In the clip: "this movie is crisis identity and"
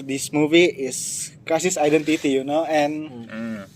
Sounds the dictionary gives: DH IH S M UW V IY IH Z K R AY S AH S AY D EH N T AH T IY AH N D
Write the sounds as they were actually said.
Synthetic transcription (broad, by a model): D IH S M UW V IY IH S K AY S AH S AY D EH N T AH T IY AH N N